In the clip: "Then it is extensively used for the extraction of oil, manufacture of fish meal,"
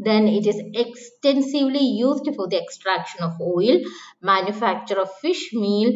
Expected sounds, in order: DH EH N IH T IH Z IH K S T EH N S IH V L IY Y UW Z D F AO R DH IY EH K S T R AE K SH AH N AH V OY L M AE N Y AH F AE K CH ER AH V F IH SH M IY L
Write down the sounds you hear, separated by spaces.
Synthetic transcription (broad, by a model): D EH N IH T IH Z IH K S T EH N S IH V L IY Y UW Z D F AO R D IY EH K S T R AE K SH AH N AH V OY L M AE N Y AH F AE K CH ER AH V F IH SH M IY L